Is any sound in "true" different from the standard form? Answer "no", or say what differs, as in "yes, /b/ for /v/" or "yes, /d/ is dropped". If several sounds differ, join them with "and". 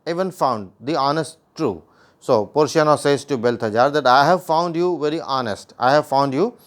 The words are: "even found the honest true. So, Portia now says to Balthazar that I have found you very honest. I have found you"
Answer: no